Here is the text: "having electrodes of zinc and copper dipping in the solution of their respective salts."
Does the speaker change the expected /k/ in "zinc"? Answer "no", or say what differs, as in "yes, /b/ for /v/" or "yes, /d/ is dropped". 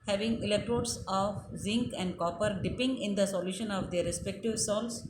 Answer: no